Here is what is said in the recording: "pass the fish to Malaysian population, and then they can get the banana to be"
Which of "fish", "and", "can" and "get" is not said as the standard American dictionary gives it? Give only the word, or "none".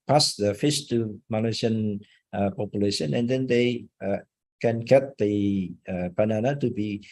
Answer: fish